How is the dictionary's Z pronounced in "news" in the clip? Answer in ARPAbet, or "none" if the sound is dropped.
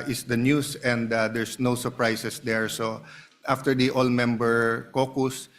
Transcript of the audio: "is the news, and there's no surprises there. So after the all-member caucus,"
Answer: S